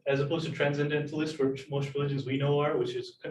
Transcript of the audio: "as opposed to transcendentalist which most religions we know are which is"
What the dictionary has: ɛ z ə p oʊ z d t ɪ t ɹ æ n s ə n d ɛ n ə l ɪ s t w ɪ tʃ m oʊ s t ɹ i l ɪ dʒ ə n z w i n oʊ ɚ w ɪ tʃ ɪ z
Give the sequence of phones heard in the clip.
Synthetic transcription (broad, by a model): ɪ z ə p oʊ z t ɪ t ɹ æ n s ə n d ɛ n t l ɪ s t w ɪ tʃ m oʊ s t ɹ i l ɪ dʒ ə n z w i n oʊ ɚ w ɪ tʃ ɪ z